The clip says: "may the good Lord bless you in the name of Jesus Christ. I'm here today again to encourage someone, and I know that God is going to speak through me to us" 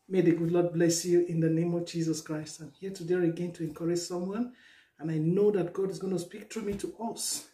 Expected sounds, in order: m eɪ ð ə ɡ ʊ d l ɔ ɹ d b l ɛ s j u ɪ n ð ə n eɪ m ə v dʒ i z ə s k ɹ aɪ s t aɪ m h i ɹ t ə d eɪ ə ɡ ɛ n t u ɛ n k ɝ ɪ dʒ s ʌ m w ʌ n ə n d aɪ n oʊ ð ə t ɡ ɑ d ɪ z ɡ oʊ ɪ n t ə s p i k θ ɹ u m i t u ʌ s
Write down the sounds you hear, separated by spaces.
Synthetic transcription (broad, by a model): m eɪ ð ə ɡ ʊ d l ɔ d b l ɛ s j u ɪ n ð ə n eɪ m ə v dʒ i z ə s k ɹ aɪ s t aɪ m h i t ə d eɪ ə ɡ ɛ n t u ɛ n k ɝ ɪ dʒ s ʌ m w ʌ n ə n aɪ n oʊ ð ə t ɡ ɑ d ɪ z ɡ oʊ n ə s p i k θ ɹ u m i t u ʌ s